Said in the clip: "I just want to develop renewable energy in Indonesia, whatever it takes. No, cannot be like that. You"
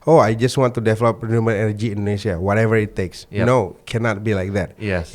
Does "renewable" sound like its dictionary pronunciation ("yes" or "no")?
no